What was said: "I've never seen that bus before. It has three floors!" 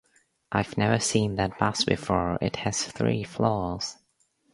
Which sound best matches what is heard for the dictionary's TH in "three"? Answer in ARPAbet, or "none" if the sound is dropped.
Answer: TH